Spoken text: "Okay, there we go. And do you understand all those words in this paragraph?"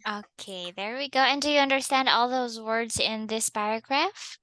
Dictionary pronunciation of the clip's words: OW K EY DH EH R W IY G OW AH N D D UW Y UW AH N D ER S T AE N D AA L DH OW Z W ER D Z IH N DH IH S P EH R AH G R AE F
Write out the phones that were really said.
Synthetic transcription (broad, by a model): OW K EY DH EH R W IY G OW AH N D D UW Y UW AH N D ER S T AE N D AA L DH OW Z W ER D Z IH N DH IH S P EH R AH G R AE F